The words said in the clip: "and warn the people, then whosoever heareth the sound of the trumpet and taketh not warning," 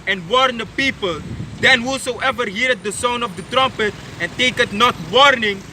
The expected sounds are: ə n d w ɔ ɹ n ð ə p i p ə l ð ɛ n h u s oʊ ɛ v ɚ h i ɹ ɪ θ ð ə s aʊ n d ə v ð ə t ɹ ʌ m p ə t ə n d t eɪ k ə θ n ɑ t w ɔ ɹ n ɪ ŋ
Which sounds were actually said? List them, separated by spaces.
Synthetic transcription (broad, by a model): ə n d w ɔ ɹ n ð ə p i p ə l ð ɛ n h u s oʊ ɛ v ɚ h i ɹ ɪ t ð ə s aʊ n ə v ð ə t ɹ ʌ m p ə t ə n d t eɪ k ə t n ɑ t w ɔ ɹ n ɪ ŋ